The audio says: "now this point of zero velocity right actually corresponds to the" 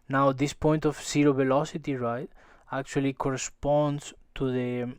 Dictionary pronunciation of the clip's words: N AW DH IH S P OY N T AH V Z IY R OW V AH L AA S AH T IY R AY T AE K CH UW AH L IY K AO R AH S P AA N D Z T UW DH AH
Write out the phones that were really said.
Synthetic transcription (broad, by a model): N AW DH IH S P OY N T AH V S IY R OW V AH L AA S AH T IY R AY T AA K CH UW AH L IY K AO R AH S P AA N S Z T UW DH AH